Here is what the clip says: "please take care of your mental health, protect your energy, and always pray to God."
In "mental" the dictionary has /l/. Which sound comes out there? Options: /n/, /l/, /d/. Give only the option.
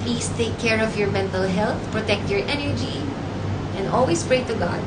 /l/